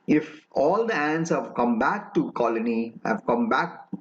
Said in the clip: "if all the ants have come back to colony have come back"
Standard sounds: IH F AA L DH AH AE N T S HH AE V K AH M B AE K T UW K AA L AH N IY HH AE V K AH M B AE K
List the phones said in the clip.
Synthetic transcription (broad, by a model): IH F AA L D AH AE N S HH AE V K AH M B AE K T UW K AA L AH N IY HH AE V K AH M B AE K